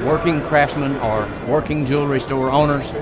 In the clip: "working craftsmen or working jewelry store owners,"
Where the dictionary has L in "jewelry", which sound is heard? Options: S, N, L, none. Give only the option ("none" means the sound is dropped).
L